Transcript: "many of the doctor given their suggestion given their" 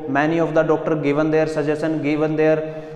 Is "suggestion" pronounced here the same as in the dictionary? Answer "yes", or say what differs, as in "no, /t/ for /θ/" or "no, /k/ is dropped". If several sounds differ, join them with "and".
no, /tʃ/ is dropped